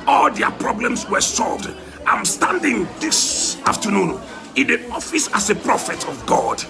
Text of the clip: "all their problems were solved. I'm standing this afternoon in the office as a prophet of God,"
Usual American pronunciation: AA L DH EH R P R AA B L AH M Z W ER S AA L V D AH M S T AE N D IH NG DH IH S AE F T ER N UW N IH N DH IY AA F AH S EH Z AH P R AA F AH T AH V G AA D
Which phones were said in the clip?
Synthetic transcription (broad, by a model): AA L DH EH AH P R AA B L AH M S W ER S AA L V D AH M S T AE N D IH NG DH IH S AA F T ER N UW N IH N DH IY AA F AH S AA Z AH P R AA F AH T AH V G AA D